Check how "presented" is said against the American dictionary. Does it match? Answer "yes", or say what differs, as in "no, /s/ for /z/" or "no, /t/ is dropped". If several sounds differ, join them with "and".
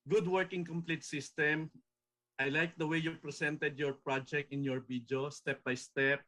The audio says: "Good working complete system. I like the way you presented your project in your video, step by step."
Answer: no, /s/ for /z/